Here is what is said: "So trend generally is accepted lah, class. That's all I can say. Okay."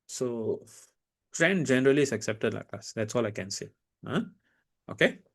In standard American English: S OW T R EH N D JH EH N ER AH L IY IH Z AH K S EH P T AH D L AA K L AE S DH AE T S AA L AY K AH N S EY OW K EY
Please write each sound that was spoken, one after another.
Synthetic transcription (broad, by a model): S OW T R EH N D JH EH N ER AH L IY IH S AH K S EH P T AH D L AA K AA S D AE T S AA L AY K AH N S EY OW K EY